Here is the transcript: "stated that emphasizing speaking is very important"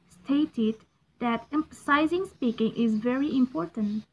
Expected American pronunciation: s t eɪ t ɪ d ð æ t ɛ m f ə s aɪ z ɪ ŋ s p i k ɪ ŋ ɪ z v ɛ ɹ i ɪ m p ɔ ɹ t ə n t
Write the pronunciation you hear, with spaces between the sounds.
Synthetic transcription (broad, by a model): s t eɪ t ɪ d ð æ t ɛ m f ə s aɪ z ɪ ŋ s p i k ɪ ŋ ɪ z v ɛ ɹ i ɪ m p ɔ ɹ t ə n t